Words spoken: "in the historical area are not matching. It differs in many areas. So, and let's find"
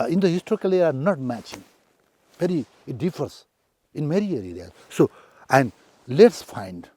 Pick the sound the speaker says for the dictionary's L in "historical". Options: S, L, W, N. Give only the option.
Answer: L